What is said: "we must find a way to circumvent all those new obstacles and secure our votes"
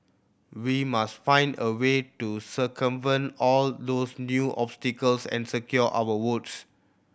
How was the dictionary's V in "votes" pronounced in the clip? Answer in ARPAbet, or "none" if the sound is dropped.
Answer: W